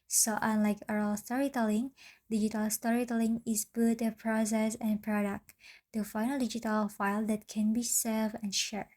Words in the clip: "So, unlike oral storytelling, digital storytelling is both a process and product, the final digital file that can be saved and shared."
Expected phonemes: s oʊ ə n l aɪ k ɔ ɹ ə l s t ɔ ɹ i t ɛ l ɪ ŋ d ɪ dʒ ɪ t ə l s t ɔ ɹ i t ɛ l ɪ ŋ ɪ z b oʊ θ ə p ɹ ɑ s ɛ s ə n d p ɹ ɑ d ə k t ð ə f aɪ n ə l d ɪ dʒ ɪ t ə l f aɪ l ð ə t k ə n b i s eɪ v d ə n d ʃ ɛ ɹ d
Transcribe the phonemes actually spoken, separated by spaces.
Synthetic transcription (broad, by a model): s oʊ ə n l aɪ k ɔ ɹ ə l s t ɔ ɹ i t ɛ l ɪ ŋ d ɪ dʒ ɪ t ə l s t ɔ ɹ i t ɛ l ɪ ŋ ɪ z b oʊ t ə p ɹ ɑ s ɛ s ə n p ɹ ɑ d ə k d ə f aɪ n ə l d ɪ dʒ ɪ t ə l f aɪ l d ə t k ə n b i s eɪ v ə n ʃ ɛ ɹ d